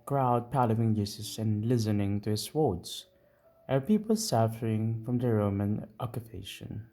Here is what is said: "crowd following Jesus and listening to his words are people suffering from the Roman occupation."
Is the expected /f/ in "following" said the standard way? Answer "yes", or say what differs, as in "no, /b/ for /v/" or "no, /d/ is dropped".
no, /p/ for /f/